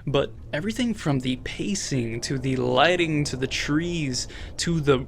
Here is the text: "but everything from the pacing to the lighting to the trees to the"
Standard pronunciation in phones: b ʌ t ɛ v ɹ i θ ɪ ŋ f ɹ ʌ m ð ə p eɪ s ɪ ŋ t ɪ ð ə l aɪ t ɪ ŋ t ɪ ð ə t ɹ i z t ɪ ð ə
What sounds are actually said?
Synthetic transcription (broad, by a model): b ʌ t ɛ v ɹ i θ ɪ ŋ f ɹ ʌ m ð ə p eɪ s ɪ ŋ t ɪ ð ə l aɪ t ɪ ŋ t ɪ ð ə t ɹ i z t ɪ ð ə